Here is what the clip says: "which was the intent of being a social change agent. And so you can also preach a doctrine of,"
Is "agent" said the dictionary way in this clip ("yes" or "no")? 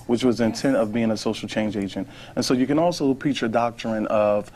yes